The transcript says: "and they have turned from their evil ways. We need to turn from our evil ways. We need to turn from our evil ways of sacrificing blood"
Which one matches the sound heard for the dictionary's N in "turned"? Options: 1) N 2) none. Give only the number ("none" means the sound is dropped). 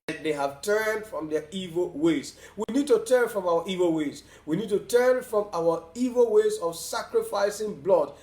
1